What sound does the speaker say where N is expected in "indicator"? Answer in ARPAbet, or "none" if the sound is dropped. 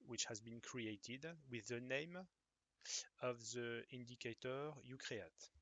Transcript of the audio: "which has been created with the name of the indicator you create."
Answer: N